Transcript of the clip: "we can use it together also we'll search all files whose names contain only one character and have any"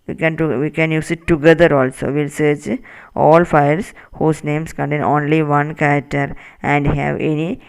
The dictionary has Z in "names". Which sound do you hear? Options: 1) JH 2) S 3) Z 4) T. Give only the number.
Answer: 2